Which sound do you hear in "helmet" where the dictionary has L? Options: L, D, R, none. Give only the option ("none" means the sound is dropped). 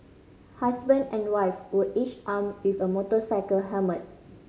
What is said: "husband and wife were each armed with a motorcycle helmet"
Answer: none